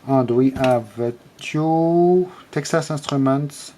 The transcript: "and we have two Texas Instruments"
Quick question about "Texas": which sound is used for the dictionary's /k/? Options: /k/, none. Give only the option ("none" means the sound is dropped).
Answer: /k/